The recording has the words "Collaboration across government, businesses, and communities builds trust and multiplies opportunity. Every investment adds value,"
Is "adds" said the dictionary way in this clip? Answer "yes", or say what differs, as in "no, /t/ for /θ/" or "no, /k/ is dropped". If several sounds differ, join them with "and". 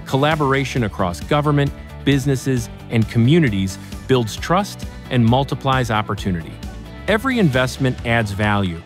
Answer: yes